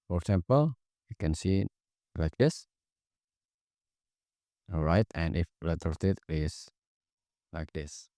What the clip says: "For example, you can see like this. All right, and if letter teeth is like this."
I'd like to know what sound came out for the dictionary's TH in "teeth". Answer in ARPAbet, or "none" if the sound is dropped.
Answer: T